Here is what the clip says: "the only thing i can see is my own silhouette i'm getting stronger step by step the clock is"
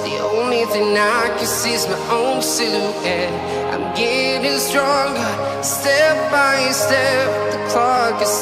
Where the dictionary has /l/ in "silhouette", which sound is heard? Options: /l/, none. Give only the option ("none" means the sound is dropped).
none